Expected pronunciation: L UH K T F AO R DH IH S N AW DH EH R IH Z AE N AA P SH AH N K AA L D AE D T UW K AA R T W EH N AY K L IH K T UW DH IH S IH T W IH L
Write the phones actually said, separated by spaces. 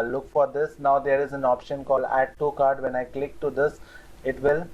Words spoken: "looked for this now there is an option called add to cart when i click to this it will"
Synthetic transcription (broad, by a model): L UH K F AO R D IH S N AW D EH R IH Z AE N AA P SH AH N K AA L AE D T UW K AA R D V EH N AY K L IH K T UW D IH S IH T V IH L